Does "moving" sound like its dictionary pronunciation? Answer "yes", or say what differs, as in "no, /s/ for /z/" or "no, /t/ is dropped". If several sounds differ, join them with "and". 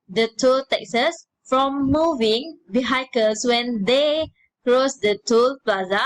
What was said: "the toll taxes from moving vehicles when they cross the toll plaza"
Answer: yes